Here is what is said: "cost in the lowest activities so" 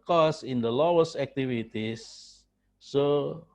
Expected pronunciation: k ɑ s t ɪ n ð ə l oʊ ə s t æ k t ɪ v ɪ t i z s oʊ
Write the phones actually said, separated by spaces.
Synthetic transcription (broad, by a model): k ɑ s ɪ n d ə l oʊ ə s æ k t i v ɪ t i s s oʊ